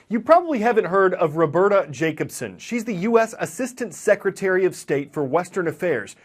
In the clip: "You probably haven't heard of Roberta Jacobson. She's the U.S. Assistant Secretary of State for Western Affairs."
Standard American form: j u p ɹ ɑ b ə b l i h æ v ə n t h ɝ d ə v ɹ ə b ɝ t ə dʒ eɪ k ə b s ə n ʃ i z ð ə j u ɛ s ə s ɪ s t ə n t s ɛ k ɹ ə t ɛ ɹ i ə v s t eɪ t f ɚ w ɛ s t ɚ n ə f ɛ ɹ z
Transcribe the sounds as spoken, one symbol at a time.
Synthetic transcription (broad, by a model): j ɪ p ɹ ɑ b ə b l i h æ v ə n t h ɝ d ə v ɹ ə b ɝ t ə dʒ eɪ k ə b s ə n ʃ i z ð ə j u ɛ s ə s ɪ s t ə n t s ɛ k ɹ ə t ɛ ɹ i ə v s t eɪ t f ɚ w ɛ s t ɚ n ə f ɛ ɹ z